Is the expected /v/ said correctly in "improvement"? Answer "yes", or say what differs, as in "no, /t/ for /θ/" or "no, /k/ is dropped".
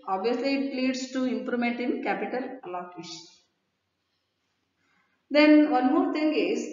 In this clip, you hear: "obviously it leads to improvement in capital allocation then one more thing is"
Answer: no, /v/ is dropped